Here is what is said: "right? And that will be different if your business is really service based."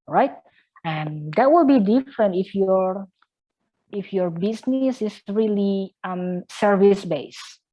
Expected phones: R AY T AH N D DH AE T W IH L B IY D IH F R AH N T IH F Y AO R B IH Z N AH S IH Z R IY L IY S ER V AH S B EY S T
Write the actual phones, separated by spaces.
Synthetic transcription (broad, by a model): R AY T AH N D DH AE T W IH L B IY D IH F R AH N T IH F Y AO R B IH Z N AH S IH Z R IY L IY S ER V AH S B EY S